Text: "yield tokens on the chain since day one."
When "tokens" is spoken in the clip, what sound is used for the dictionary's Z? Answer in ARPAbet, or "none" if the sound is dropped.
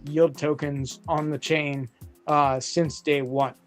Z